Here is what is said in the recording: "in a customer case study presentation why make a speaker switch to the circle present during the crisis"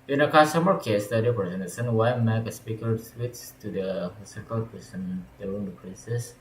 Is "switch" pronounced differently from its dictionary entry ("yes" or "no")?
yes